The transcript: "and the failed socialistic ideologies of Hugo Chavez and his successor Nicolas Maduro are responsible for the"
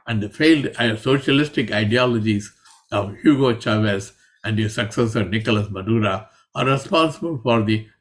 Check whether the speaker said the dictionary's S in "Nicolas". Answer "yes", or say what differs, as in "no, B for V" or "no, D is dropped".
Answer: yes